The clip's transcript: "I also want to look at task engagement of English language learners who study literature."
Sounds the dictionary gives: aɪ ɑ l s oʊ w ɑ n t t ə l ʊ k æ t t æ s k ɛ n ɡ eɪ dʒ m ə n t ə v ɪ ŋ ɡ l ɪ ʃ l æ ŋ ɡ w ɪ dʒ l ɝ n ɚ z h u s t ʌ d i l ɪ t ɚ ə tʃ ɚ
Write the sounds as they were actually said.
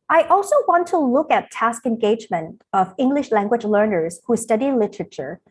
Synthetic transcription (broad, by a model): aɪ ɑ l s oʊ w ɑ n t t ə l ʊ k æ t t æ s k ɛ n ɡ eɪ dʒ m ə n t ə v ɪ ŋ ɡ l ɪ ʃ l æ ŋ ɡ w ɪ dʒ l ɝ n ɚ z h u s t ʌ d i l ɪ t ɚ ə tʃ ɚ